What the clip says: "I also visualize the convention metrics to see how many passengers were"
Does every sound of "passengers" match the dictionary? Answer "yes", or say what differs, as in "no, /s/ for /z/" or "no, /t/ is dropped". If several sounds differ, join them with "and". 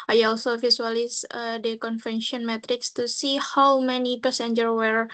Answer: no, /z/ is dropped